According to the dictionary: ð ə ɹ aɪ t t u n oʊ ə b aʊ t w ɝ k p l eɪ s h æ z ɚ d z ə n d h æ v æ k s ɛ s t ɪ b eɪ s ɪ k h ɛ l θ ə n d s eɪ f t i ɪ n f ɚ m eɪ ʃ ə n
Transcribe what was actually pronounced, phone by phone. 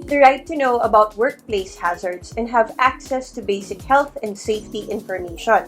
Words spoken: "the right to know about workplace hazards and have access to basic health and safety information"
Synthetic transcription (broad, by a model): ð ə ɹ aɪ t t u n oʊ ə b aʊ t w ɝ k p l eɪ s h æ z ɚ d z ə n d h æ v æ k s ɛ s t ɪ b eɪ s ɪ k h ɛ l θ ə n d s eɪ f t i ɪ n f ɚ m eɪ ʃ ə n